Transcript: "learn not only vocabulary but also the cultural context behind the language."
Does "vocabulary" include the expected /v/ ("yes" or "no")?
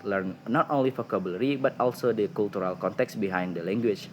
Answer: no